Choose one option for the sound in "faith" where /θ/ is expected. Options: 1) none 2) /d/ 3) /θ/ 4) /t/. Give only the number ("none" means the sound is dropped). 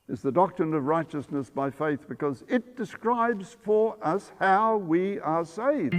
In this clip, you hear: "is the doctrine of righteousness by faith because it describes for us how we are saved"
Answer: 3